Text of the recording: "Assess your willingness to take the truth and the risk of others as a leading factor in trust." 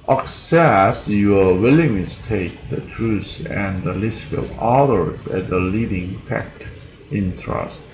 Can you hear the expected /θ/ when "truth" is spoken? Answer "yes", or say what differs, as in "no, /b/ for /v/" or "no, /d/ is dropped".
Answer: no, /s/ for /θ/